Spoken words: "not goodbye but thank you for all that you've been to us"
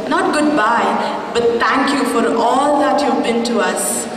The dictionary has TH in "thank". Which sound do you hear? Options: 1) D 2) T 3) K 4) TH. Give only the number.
2